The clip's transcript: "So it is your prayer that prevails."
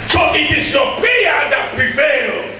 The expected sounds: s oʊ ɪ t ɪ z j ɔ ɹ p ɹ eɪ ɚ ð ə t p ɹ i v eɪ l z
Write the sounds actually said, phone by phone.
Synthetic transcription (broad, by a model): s oʊ ɪ t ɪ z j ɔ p eɪ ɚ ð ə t p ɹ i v eɪ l